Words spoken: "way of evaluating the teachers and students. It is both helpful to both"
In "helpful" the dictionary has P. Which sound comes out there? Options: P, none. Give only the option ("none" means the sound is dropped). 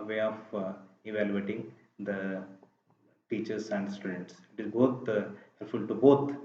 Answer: none